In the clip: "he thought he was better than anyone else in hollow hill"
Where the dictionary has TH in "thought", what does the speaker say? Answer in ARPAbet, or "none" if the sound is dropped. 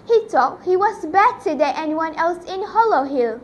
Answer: T